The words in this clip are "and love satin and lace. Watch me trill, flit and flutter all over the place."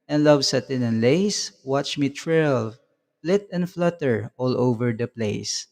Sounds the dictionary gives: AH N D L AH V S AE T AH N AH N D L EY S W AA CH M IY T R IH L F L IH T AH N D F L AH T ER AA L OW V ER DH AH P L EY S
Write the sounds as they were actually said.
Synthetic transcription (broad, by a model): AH N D L AH V S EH T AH N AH N L EY S W AA CH M IY T R IH L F L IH T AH N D F L AH T ER AA L OW V ER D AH P L EY S